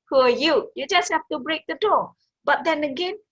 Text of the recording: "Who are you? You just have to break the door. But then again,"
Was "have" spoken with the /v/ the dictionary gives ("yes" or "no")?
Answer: no